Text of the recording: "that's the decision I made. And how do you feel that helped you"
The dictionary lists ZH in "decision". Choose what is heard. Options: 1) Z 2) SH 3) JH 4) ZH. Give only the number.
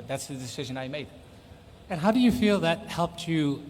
4